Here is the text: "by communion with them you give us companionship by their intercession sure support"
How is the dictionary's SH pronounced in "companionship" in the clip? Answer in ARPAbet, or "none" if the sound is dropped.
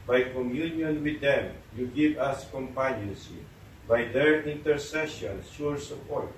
S